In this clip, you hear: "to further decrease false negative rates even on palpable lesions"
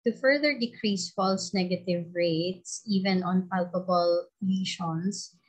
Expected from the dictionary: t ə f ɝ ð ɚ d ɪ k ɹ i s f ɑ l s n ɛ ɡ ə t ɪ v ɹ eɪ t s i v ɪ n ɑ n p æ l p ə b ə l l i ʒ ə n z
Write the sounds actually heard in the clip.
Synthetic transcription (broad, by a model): t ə f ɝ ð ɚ d ɪ k ɹ i s f ɑ l s n ɛ ɡ ə t ɪ v ɹ eɪ t s i v ɪ n ɑ n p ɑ l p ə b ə l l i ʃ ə n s